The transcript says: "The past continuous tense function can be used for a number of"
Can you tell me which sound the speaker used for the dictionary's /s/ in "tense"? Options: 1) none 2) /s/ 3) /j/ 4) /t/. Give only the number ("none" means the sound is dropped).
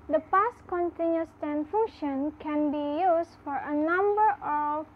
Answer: 1